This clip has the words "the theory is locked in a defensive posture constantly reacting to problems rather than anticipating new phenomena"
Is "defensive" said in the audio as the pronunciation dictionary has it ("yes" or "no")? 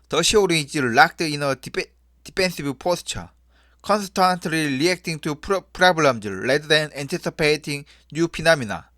no